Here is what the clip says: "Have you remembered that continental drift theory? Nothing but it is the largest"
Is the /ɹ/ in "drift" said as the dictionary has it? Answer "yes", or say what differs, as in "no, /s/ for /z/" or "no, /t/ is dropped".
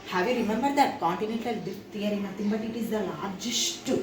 no, /ɹ/ is dropped